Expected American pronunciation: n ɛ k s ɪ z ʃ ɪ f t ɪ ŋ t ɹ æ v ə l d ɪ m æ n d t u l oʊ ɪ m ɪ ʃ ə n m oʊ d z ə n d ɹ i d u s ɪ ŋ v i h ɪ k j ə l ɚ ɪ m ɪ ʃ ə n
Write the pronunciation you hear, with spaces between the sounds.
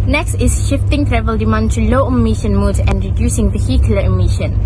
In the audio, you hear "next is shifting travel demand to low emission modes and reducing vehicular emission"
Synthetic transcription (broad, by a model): n ɛ k s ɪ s ʃ ɪ f t ɪ ŋ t ɹ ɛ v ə l d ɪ m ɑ n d t u l oʊ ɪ m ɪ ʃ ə n m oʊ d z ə n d ɹ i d u s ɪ ŋ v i h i k j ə l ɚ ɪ m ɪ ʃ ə n